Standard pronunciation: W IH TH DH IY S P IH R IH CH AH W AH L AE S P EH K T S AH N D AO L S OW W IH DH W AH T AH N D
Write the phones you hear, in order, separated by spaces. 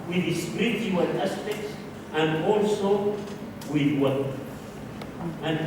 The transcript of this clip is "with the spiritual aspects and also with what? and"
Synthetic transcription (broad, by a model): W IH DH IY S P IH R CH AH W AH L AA S P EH K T S AH N D AO L S OW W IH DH W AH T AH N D